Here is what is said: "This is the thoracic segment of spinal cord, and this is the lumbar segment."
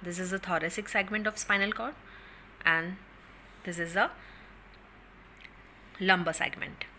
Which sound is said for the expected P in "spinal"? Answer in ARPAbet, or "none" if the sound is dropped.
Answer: P